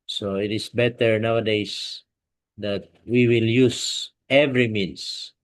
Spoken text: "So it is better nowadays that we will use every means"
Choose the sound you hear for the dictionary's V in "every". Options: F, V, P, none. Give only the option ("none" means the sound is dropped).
V